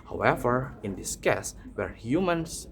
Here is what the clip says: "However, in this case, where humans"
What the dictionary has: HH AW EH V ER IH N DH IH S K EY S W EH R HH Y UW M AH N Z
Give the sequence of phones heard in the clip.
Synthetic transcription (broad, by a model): HH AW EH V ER IH N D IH S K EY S W EH R HH Y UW M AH N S